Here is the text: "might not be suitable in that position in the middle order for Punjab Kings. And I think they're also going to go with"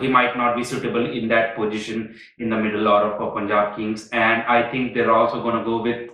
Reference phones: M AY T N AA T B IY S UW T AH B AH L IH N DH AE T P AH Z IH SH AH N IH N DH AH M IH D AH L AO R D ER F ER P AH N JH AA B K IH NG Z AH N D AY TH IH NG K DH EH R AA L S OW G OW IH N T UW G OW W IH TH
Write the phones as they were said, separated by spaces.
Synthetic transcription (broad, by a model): M AY T N AA T B IY S UW T AH B AH L IH N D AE T P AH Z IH SH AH N IH N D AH M IH D AH L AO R D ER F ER P AH N JH AA B K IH NG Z AH N D AY T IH NG K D EH R AA L S OW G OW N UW G OW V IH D